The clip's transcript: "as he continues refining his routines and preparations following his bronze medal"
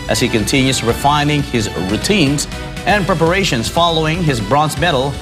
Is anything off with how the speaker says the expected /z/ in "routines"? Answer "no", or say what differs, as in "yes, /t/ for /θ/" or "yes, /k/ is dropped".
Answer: no